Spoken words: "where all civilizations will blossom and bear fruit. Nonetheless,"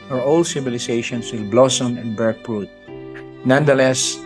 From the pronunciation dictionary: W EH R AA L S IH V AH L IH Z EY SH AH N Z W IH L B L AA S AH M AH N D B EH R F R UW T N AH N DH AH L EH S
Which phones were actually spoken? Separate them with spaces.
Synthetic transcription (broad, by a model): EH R AA L S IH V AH L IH S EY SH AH N S W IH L B L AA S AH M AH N B EH R P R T N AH N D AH L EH S